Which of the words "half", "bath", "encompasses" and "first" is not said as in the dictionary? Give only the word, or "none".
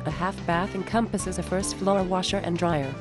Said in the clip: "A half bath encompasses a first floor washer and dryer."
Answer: none